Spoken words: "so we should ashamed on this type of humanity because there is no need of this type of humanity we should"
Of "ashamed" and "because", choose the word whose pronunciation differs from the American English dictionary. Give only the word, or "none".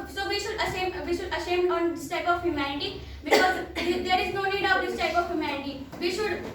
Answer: ashamed